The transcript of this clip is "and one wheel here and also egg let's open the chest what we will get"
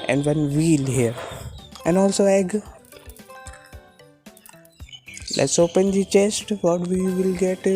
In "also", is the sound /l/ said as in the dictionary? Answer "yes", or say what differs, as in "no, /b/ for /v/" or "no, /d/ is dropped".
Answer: yes